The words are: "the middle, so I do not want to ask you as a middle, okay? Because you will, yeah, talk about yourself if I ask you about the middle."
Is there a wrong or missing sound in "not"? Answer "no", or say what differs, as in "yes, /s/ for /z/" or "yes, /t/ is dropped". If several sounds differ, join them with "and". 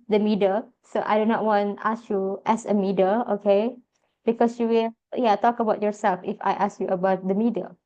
no